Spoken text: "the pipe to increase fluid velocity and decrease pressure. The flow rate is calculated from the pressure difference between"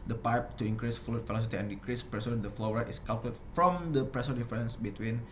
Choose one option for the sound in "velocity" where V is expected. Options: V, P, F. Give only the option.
F